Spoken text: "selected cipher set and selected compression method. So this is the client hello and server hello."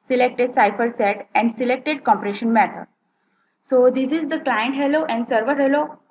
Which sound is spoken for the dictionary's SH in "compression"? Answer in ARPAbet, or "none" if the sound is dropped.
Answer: SH